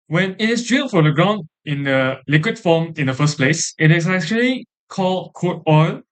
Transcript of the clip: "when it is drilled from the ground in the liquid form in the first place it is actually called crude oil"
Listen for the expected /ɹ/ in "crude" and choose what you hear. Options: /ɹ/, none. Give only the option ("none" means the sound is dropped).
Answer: none